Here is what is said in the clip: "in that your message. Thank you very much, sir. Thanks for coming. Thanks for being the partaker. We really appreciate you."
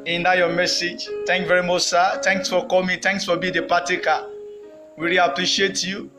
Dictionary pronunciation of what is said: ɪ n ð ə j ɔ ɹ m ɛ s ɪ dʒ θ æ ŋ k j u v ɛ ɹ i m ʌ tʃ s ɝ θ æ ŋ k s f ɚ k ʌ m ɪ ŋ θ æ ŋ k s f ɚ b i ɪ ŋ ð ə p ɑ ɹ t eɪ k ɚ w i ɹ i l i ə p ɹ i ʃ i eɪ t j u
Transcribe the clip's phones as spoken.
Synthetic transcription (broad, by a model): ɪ n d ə j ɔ m ɛ s ɪ dʒ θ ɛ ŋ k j v ɛ ɹ i m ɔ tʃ s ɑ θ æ ŋ k s f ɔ k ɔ m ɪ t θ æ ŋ k s f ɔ b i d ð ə p ɑ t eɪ k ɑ w i ɹ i i p ɹ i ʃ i eɪ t j u